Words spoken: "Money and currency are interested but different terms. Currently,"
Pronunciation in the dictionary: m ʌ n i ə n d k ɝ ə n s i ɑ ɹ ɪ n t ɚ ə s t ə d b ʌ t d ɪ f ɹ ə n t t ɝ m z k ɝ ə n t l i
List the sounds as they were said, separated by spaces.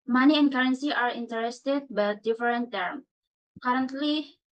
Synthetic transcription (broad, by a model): m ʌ n i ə n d k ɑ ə n s i ɑ ɹ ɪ n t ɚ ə s t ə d b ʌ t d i f ɹ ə n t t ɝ m k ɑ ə n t l i